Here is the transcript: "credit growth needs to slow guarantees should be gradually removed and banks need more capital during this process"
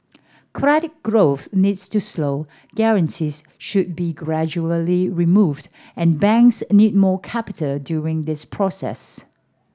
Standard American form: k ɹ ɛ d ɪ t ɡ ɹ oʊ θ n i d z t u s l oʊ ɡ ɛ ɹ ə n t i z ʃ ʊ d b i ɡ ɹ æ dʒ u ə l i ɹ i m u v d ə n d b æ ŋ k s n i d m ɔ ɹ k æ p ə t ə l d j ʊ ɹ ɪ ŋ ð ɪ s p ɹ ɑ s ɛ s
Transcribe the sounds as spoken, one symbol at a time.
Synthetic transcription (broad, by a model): k ɹ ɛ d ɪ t ɡ ɹ oʊ θ n i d s t u s l oʊ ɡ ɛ ɹ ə n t i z ʃ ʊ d b i ɡ ɹ æ dʒ u ə l i ɹ i m u v d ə n b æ ŋ k s n i d m ɔ k æ p ə t ə l d j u ɹ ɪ ŋ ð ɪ s p ɹ ɑ s ɛ s